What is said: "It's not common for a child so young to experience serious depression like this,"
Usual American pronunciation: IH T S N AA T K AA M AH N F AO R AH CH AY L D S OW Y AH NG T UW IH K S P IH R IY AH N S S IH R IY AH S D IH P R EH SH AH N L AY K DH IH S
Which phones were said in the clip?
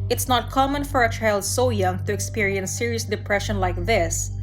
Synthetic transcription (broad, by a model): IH T S N AA T K AA M AH N F AO R AH CH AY L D S OW Y AH NG T UW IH K S P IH R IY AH N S S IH R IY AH S D IH P R EH SH AH N L AY K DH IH S